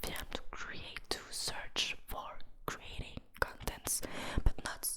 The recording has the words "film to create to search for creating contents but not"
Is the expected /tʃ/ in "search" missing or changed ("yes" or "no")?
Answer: no